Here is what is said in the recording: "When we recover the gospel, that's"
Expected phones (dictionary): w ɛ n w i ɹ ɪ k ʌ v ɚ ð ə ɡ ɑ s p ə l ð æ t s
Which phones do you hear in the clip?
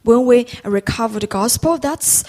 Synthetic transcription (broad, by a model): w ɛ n w i ɹ ɪ k ʌ v ɚ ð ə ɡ ɑ s p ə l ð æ t s